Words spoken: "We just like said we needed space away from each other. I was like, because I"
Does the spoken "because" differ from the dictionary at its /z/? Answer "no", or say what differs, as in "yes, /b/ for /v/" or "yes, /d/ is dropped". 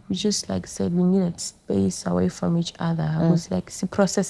yes, /s/ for /z/